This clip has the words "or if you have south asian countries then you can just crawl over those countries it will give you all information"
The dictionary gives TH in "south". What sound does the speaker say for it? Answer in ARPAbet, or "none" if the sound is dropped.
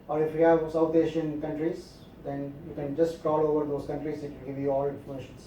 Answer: T